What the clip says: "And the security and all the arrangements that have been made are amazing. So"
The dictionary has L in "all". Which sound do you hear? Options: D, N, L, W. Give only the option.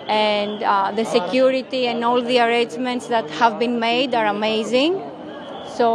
L